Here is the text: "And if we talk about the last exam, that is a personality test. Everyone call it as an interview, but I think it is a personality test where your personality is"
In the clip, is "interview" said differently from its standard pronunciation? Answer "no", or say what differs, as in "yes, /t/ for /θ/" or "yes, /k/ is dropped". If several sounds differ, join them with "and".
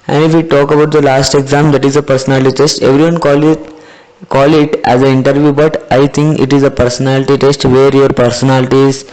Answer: no